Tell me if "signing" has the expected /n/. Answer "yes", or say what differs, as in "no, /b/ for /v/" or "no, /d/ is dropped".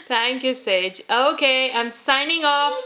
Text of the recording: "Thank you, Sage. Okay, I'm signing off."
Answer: yes